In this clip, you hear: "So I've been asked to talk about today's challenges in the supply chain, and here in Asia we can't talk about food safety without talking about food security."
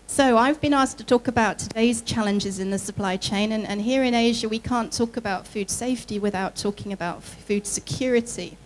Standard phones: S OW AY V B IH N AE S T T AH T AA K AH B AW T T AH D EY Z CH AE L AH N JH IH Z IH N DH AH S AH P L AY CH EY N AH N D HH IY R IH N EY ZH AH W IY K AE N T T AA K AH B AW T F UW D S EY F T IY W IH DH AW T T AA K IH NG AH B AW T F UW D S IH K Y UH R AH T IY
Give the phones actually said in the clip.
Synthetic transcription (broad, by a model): S OW AY V B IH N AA S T T AH T AA K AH B AW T T AH D EY Z CH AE L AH N JH IH Z IH N DH AH S AH P L AY CH EY N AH N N HH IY R IH N EY ZH AH W IY K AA N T T AA K AH B AW T F UW D S EY F T IY W IH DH AW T T AA K IH NG AH B AW T F UW D S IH K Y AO R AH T IY